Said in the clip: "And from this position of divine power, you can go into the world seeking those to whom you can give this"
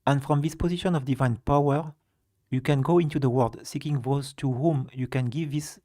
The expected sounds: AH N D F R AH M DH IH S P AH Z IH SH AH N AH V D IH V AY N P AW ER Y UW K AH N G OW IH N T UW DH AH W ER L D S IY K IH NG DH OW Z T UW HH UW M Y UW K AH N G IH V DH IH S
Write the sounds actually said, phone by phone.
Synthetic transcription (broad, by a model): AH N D F R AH M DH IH S P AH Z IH SH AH N AH V D IH V AY N P AW ER Y UW K AH N G OW IH N T UW DH AH W ER L D S IY K IH NG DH OW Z T UW HH UW M Y UW K AH N G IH V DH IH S